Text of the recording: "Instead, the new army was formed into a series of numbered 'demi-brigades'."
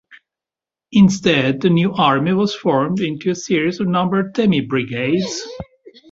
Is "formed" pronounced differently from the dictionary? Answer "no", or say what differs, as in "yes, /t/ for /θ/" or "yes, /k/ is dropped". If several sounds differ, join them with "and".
no